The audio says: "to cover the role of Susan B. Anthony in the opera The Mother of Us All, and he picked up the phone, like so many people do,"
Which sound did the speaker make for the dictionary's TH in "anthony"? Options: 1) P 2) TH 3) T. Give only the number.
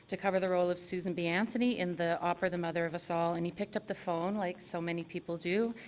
2